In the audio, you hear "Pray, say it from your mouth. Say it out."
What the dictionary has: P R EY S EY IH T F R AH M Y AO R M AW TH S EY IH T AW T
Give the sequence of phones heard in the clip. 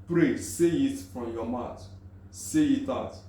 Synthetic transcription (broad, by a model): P R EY S EY IH T F R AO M Y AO M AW T S EY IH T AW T